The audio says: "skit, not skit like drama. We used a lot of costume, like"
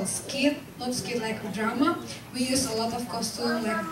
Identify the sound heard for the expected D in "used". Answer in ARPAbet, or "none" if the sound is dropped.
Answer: none